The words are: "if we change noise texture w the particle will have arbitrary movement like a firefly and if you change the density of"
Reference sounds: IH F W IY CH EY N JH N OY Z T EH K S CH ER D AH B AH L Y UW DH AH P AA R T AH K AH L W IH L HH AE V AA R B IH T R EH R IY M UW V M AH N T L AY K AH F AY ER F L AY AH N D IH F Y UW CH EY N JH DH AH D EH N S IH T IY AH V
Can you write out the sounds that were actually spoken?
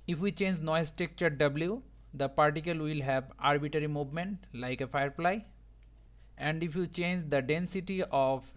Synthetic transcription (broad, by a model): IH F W IY CH EY N JH N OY S T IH K CH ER D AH B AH L Y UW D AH P AA R T AH K AH L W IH L HH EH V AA R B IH T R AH R IY M UW V M AH N T L AY K AH F AY ER F L AY AH N D IH F Y UW CH EY N JH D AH D EH N S IH T IY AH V